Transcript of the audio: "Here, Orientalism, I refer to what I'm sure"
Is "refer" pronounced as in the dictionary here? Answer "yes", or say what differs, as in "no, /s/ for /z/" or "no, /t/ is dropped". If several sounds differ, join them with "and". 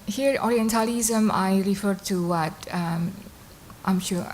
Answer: yes